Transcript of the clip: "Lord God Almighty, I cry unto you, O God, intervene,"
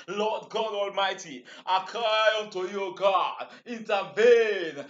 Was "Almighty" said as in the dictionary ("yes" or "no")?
yes